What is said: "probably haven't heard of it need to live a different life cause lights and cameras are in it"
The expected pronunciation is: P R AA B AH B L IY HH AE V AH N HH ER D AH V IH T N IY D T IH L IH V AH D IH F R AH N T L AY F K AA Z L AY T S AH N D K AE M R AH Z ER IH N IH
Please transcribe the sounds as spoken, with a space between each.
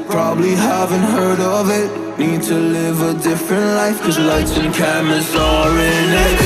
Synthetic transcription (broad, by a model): P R AA B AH B L IY HH AE V AH N HH ER D AH V IH T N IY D T IH L IH V AH D IH F R AH N T L AY F K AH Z L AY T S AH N K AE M AH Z ER IH N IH